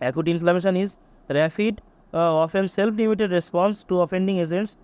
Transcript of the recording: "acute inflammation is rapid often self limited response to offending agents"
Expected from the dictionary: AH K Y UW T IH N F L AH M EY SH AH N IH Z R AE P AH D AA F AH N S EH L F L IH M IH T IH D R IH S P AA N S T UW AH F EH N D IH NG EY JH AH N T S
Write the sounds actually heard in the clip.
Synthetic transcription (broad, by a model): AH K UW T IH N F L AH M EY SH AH N IH Z R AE F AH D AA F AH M S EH L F L IH M IH T IH D R IH S P AA N S T UW AH F EH N D IH NG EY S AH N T S